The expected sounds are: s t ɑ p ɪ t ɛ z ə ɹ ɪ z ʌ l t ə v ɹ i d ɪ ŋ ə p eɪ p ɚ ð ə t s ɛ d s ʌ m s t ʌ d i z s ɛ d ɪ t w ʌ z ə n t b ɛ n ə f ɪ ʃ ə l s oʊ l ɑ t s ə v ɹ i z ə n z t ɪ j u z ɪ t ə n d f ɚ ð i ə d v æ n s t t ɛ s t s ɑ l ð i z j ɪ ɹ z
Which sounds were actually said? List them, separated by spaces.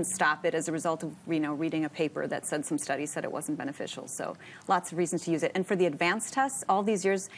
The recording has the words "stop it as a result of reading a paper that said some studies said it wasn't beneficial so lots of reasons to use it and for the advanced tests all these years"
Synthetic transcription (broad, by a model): s t ɑ p ɪ t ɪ z ə ɹ ɪ z ʌ l t ə v ɹ i d ɪ ŋ ə p eɪ p ɚ ð ə t s ɛ d s ʌ m s t ʌ d i z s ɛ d ɪ t w ʌ z n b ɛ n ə f ɪ ʃ l s oʊ l ɑ t s ə v ɹ i z n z t ɪ j u z ɪ t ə n f ɚ ð i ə d v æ n s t t ɛ s t s ɑ l ð i z j ɪ ɹ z